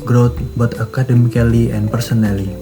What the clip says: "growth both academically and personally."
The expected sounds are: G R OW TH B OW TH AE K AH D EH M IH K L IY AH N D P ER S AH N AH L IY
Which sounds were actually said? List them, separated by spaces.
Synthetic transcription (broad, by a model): G R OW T B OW T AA K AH D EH M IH K L IY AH N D P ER S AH N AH L IY